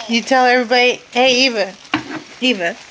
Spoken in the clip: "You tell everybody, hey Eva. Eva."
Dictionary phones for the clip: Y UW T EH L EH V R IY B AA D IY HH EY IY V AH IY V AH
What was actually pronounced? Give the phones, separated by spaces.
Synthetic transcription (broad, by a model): Y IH T EH L EH V R IY B AA D IY HH EY IY V AH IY V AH